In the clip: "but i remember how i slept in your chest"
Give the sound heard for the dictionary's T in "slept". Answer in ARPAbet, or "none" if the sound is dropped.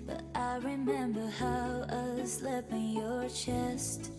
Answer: none